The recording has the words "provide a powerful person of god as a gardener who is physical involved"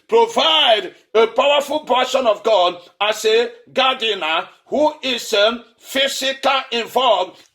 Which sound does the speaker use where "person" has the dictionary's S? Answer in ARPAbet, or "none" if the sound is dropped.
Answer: SH